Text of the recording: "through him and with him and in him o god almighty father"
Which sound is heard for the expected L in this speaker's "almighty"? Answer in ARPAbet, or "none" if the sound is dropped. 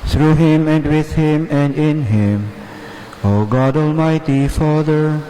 L